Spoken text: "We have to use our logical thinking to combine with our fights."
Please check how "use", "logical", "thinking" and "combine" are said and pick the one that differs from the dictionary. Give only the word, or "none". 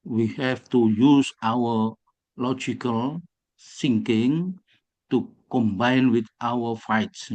thinking